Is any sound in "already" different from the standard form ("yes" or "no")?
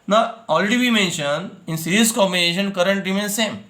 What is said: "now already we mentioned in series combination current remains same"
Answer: yes